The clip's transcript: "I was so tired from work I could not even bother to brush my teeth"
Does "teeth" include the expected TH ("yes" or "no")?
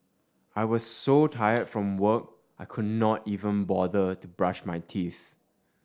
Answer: yes